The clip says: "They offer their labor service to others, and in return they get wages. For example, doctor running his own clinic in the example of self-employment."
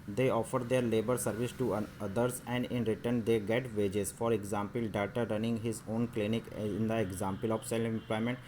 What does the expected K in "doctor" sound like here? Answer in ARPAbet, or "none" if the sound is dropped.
none